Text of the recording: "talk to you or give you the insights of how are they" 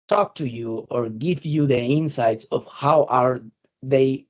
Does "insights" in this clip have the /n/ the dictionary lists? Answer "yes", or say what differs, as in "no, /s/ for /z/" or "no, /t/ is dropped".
yes